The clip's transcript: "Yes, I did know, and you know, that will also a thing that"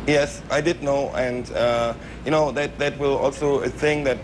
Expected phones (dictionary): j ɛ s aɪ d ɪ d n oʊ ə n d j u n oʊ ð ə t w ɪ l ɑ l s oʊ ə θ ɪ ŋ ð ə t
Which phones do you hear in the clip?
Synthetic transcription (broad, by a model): j ɛ s aɪ d ɪ d n oʊ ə n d j u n oʊ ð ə t w ɪ l ɑ l s oʊ ə s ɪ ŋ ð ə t